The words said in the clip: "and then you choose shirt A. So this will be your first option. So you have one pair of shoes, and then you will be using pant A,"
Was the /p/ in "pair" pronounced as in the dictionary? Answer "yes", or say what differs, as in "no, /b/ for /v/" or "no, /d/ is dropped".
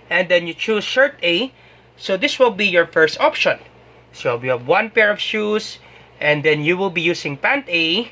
yes